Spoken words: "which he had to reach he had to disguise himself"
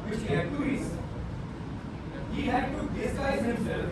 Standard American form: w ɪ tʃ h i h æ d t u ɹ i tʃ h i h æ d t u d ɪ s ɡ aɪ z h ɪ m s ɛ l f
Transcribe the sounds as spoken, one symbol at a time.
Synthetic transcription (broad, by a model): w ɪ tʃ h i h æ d t u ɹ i s h i h æ d t u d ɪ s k aɪ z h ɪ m s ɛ l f